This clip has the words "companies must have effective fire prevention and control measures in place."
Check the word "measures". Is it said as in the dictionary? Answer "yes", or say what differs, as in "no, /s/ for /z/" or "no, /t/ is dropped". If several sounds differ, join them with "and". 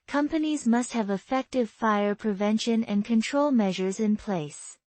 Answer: yes